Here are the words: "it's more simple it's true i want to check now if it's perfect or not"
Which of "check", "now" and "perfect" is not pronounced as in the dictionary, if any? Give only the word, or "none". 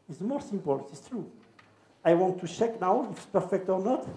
none